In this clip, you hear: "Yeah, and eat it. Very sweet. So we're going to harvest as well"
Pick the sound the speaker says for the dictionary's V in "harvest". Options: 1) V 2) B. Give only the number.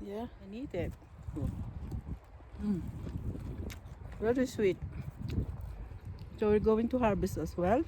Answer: 2